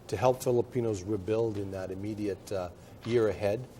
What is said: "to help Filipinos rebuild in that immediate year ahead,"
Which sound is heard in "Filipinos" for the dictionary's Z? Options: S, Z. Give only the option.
Z